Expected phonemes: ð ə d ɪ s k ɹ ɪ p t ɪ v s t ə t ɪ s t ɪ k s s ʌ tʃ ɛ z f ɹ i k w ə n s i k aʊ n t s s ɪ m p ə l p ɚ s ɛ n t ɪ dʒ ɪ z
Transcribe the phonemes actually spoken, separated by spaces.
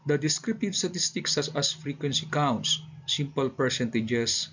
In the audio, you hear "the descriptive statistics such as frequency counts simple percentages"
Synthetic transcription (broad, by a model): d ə d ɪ s k ɹ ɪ p t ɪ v s t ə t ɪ s t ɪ k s s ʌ s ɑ s f ɹ i k w ə n s i k aʊ n t s s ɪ m p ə l p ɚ s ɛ n t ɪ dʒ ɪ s